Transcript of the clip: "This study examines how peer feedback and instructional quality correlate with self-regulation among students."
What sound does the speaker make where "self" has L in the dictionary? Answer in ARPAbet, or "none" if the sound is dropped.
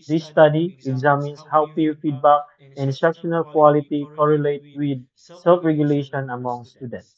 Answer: L